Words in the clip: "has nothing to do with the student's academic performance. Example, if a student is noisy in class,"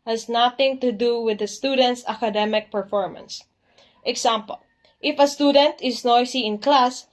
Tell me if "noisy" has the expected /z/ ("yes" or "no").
no